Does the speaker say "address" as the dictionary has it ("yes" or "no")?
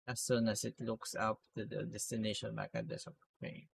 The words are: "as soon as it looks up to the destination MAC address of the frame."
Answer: no